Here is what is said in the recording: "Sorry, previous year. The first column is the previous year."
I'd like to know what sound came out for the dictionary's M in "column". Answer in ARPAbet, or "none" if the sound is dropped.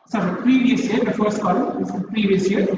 none